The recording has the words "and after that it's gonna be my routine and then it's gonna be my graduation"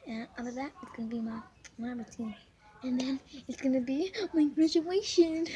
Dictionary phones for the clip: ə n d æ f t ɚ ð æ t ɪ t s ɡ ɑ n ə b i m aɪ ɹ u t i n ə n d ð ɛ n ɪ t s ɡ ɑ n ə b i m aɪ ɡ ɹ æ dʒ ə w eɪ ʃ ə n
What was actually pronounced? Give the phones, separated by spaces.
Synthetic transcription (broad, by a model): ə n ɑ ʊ t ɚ ð æ t ɪ t s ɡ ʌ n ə b i m aɪ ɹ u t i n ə n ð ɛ n ɪ t s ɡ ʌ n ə b i m aɪ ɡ ɹ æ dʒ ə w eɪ ʃ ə n